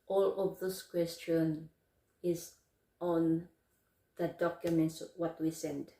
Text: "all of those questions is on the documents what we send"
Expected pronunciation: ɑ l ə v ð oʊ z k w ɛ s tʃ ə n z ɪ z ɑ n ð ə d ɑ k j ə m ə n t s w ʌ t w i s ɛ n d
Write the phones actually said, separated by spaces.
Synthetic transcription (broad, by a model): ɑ l ə v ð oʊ s k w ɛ s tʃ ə n ɪ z ɑ n ð ə d ɑ k j ə m ə n t s w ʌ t w i s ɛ n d